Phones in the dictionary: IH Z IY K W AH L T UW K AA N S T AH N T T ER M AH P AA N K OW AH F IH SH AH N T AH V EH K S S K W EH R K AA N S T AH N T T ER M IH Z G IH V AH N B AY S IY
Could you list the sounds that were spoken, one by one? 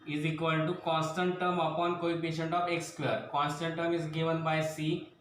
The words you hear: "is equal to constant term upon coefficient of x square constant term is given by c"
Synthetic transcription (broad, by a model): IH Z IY K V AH L T UW K AA N S T AH N T T ER M AH P AA N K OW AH P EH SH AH N T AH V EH K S S K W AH R K AA N S T AH N T T ER M IH Z G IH V AH N B AY S IY